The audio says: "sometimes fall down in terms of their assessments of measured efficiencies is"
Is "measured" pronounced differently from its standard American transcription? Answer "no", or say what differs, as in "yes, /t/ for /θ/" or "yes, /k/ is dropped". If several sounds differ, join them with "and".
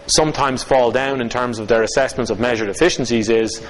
no